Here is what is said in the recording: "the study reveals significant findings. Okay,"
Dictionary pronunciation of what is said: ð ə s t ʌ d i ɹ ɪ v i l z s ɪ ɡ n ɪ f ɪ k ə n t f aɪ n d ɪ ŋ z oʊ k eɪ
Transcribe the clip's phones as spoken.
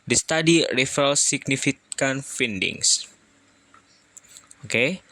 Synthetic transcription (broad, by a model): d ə s t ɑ d i ɹ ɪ f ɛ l s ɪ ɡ n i f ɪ k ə n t f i n d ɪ ŋ s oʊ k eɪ